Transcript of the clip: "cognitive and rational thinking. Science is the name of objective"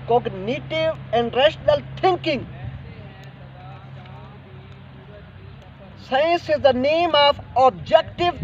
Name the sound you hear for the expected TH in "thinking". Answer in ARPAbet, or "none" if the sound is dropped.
T